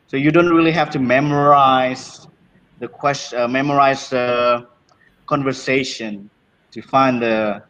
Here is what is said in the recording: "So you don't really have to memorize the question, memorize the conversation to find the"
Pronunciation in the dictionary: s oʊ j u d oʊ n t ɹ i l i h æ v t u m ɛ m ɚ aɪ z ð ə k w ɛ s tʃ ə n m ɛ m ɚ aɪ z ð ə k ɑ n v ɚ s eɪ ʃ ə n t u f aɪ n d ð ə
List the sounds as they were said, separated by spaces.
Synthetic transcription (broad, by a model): s oʊ j u d oʊ n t ɹ i l i h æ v t u m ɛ m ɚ aɪ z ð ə k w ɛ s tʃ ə m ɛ m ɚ aɪ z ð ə k ɑ n v ɚ s eɪ ʃ ə n t u f aɪ n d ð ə